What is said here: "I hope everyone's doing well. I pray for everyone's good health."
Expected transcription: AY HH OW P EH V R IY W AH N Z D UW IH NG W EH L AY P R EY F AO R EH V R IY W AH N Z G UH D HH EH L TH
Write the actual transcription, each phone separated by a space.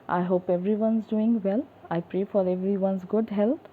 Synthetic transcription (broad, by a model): AY HH OW P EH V R IY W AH N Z D UW IH NG W EH L AY P R EY F AO R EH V R IY W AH N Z G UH D HH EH L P